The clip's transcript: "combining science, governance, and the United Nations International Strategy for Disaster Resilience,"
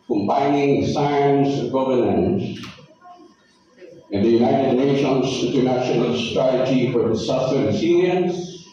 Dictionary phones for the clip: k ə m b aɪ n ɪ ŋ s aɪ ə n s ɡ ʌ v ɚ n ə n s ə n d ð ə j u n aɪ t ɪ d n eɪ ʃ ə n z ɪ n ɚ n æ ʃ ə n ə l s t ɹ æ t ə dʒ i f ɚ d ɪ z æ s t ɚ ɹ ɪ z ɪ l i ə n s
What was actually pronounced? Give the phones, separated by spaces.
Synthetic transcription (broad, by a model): k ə m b aɪ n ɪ ŋ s aɪ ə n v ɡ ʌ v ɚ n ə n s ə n ð ə j u n aɪ t ɪ d n eɪ ʃ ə n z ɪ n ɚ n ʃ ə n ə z s t ɹ æ t ə dʒ i f ɚ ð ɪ s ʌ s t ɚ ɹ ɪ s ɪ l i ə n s